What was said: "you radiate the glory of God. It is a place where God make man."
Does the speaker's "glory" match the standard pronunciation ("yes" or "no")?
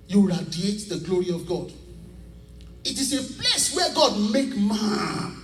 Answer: yes